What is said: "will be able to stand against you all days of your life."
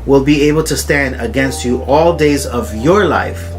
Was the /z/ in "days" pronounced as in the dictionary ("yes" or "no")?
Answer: yes